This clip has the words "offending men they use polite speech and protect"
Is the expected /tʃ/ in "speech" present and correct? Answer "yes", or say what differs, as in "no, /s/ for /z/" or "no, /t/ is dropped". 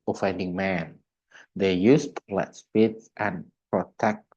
no, /s/ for /tʃ/